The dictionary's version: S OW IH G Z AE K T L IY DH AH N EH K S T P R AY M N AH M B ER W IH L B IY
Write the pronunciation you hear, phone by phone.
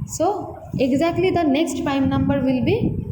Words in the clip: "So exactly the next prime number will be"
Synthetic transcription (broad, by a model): S OW IH G Z AE K T L IY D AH N EH K S T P AY M N AH M B ER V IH L B IY